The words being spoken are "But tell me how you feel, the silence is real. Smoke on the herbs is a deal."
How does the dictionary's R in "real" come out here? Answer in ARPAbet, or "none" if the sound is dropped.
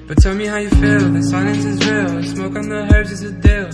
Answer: W